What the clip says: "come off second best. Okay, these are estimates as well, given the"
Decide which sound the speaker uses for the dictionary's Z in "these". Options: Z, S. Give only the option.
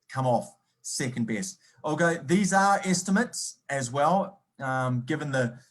Z